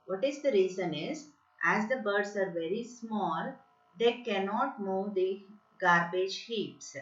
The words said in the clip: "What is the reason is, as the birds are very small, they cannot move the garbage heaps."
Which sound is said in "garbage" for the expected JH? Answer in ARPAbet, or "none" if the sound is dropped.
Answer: JH